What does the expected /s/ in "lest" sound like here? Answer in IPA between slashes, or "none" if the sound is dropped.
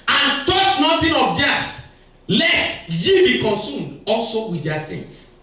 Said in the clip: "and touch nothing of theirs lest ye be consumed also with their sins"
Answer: /s/